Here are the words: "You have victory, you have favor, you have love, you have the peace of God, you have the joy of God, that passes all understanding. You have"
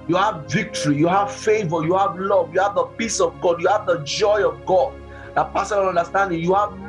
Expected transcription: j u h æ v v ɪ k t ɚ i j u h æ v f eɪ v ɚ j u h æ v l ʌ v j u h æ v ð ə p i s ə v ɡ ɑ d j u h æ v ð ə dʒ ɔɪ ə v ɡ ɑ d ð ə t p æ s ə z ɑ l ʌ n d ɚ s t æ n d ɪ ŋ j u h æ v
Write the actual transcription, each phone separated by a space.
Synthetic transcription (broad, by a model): j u h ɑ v v ɪ k t ɚ i j u h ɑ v f eɪ v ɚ j u h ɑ v l ʌ v j u h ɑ v ð ə p i s ə v ɡ ɑ d j u h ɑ v ð ə dʒ ɔɪ ə v ɡ ɑ d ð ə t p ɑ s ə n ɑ n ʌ n d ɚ s t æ n d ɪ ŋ j u h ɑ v